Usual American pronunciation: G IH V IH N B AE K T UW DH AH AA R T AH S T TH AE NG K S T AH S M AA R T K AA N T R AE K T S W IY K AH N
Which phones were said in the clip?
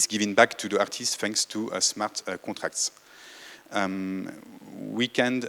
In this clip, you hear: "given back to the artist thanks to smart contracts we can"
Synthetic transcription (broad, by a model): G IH V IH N B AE K T UW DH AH AA R T AH S T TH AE NG K S T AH S M AA R T K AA T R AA K T S W IY K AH N